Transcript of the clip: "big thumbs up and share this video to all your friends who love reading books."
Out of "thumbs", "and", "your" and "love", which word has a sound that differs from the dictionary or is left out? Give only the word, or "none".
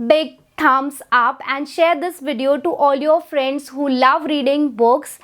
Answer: thumbs